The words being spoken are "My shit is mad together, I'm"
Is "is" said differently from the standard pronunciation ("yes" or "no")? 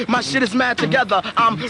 no